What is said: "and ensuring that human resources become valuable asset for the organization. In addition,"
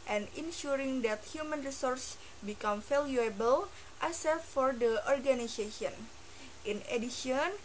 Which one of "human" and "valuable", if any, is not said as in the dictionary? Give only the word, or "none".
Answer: valuable